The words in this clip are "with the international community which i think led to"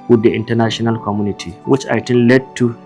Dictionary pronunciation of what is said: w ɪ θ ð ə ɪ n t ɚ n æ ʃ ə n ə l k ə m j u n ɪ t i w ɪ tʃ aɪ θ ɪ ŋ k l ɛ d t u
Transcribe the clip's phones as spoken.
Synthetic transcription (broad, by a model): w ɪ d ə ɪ n t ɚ n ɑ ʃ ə n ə l k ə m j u n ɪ t i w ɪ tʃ aɪ t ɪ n l ɛ d t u